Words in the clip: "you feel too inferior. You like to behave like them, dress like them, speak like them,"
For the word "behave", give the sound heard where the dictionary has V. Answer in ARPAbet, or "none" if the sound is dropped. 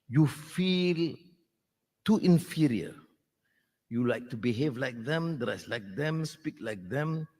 V